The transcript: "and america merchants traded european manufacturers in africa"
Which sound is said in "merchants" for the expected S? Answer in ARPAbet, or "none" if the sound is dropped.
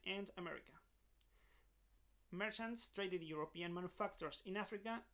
S